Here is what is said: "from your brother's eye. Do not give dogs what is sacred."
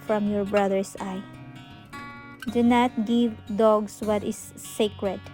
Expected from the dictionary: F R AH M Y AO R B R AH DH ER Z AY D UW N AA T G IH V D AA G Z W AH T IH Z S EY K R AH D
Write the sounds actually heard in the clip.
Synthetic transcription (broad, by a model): F R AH M Y AO R B R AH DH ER S AY D UW N AA T G IH V D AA G S W AH T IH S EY K R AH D